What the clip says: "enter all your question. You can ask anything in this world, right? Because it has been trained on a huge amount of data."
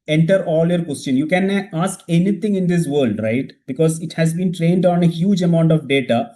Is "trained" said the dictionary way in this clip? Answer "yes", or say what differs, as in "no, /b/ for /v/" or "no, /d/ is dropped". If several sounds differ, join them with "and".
yes